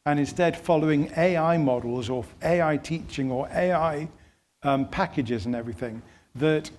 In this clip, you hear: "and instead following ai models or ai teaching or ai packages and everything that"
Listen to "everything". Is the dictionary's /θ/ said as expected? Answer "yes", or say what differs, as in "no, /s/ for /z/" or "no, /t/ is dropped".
yes